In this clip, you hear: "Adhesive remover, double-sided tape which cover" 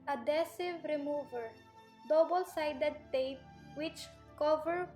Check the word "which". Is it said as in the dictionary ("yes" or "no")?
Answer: yes